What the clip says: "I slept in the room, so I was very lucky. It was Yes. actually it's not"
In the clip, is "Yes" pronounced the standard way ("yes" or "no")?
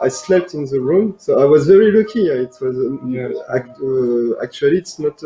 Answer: no